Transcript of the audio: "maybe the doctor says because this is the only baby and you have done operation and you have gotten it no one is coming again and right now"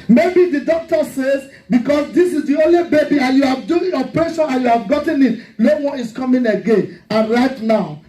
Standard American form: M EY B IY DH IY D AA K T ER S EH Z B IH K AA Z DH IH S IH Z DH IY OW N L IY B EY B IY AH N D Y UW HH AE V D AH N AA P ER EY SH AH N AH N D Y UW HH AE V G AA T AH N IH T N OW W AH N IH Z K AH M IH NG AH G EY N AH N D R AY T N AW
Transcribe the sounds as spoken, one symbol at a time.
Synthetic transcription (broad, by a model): M EY B IY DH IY D AA K T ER S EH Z B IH K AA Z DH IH S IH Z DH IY OW N L IY B EY B IY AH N Y UW HH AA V D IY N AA P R EY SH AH N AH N Y UW HH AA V G AA T AH N IH T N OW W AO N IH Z K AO M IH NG AH G EY N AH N R AY T N AW